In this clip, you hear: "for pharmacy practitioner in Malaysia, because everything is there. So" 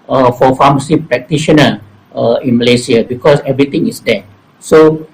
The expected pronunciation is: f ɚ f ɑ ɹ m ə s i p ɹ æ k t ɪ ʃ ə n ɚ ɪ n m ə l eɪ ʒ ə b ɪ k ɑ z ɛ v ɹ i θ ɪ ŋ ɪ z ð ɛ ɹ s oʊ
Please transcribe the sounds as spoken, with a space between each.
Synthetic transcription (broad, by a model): f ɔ f ɑ m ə s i p ɹ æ k t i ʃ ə n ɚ ɪ n m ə l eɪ s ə b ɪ k ɑ s ɛ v ɹ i t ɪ ŋ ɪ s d ɛ s oʊ